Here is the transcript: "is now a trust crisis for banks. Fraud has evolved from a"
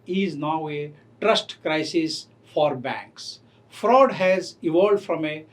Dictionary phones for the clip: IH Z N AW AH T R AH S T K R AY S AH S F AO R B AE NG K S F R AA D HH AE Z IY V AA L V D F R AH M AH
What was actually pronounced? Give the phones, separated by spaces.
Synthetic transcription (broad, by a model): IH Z N AW AH T R AH S T K R AY S AH S F AO R B AE NG K S F R AA D HH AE Z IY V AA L D F R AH M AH